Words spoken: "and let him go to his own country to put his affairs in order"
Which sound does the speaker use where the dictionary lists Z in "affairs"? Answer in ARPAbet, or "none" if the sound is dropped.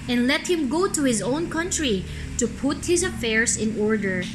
S